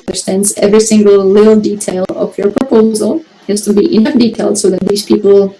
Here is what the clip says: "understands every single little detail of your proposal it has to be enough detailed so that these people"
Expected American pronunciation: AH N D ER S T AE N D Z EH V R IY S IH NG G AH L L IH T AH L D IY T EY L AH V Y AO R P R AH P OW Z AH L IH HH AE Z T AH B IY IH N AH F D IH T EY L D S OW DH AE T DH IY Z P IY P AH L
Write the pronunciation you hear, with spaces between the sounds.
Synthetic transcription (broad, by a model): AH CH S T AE N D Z EH V R IY S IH NG G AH L L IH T L D IY T EY L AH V Y AO R P R AH P OW Z AH L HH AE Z T AH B IY IH N AH F D IH T EY L D S OW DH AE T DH IY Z P IY P L